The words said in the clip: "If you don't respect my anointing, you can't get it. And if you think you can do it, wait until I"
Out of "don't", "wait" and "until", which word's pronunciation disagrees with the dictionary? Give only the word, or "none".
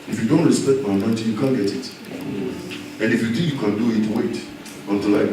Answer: none